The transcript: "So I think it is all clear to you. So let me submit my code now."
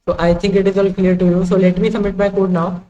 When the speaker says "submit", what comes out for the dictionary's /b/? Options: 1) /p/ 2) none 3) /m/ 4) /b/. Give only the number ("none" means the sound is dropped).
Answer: 2